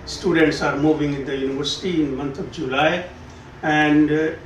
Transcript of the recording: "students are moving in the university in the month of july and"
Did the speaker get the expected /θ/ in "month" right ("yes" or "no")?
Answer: no